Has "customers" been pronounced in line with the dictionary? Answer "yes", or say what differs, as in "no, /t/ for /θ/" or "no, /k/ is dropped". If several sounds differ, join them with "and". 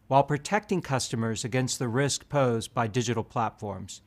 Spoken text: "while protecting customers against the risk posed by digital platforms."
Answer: yes